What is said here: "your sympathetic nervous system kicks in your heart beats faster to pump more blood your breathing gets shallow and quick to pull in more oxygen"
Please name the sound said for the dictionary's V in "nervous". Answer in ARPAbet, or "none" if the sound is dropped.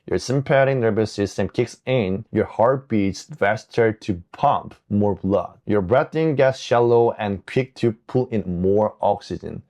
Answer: B